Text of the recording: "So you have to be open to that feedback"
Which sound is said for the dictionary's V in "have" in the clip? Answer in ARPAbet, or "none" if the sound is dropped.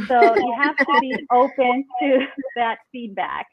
F